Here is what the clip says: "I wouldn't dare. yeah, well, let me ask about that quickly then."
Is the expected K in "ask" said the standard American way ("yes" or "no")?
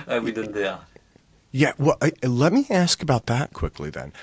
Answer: yes